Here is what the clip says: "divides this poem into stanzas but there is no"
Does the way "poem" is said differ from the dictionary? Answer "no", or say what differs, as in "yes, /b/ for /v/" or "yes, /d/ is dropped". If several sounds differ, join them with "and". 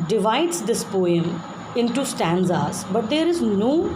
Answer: no